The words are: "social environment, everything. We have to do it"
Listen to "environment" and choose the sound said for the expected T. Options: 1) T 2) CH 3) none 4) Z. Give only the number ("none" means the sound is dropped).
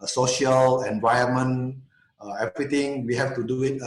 3